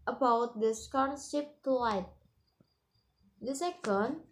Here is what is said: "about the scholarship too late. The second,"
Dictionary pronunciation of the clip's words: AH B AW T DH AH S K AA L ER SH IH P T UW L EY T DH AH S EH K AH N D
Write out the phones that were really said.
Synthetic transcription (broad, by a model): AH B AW T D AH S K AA N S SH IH P T UW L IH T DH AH S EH K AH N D